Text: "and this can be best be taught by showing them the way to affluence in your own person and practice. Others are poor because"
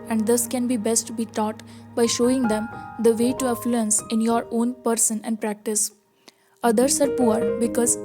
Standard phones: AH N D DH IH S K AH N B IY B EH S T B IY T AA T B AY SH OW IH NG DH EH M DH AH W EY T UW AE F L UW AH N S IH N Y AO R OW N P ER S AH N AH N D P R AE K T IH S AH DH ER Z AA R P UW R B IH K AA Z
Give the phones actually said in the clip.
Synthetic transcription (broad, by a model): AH N D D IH S K AH N B IY B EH S T B IY T AA T B AY SH OW IH NG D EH M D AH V EY T UW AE F L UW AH N S IH N Y AO R OW N P ER S AH N AH N D P R AE K T IH S AH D ER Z AA R P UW R B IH K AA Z